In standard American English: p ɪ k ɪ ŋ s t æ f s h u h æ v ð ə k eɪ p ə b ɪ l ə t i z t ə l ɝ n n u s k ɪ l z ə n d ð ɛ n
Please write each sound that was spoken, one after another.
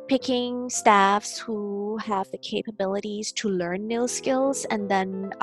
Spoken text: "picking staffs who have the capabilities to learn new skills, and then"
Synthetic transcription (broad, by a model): p ɪ k ɪ ŋ s t æ f s h u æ v ð ə k eɪ p ə b ɪ l ə t i z t ə l ɝ n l s k ɪ l z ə n ð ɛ n